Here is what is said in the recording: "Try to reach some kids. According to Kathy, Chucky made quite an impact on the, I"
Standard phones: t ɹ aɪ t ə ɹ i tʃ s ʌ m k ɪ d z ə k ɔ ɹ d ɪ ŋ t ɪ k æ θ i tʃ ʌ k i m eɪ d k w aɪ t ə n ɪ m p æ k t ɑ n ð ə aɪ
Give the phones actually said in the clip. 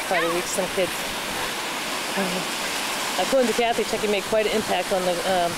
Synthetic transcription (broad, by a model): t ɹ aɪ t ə w i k s ʌ m k ɪ d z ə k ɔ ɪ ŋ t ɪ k æ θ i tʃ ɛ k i m eɪ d k w aɪ t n ɪ m p æ k t n ð ə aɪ